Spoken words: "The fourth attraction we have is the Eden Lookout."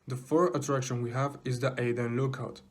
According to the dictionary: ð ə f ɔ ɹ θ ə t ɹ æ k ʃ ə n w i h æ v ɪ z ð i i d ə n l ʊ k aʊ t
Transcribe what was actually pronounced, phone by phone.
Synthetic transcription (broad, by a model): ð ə f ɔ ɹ ə t ɹ æ k ʃ ə n w i h æ v ɪ z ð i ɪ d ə n l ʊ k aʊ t